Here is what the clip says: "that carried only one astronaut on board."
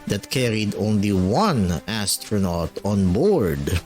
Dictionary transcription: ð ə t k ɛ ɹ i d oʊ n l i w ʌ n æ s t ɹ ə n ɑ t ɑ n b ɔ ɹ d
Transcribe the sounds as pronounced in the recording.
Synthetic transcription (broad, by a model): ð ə t k ɛ ɹ i d oʊ n l i w ʌ n æ s t ɹ ə n ɑ t ɑ n b ɔ ɹ d